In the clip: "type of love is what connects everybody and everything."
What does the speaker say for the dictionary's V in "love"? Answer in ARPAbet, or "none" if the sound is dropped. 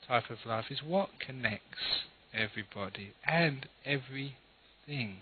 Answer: F